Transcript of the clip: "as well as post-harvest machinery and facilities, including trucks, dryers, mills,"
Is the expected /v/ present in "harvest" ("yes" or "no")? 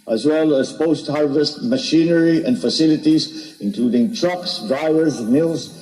yes